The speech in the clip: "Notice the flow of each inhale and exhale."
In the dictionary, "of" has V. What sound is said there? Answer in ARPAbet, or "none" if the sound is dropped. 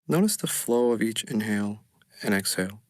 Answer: V